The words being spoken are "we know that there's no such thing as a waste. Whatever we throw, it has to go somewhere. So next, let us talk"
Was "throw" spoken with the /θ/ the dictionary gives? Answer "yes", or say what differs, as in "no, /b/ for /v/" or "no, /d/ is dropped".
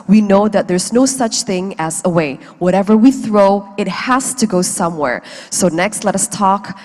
yes